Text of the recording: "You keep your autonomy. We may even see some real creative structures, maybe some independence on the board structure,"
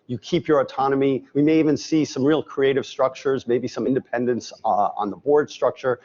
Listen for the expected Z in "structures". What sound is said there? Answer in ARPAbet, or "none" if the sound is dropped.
Z